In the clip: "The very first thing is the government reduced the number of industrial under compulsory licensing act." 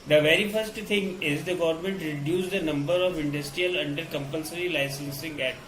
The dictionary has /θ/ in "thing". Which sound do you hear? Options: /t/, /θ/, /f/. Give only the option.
/t/